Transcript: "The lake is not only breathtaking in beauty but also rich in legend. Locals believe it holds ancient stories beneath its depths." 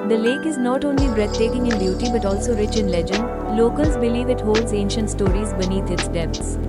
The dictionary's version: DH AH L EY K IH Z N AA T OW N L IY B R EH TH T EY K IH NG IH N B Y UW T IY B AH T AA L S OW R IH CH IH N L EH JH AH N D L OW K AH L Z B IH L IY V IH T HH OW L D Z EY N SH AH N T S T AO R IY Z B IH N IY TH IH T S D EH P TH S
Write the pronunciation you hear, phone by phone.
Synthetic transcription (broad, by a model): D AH L EY K IH Z N AA T OW N L IY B R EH T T EY K IH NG IH N B Y UW T IY B AH T AA L S OW R IH CH IH N L EH JH AH N D L OW K AH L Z B IH L IY V IH T HH OW L D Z EY N SH AH N T S T AO R IY Z B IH N IY T IH T S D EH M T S